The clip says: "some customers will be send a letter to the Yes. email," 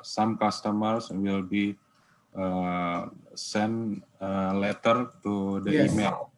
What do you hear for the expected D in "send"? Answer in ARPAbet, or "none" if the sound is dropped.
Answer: none